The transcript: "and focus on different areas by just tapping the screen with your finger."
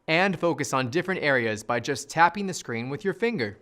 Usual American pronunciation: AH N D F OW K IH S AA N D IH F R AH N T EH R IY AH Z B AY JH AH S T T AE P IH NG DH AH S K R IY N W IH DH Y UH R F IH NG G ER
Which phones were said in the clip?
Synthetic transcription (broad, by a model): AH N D F OW K IH S N D IH F R AH N T EH R IY AH Z B AY JH AH S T T AE P IH NG DH AH S K R IY N W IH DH Y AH R F IH NG G ER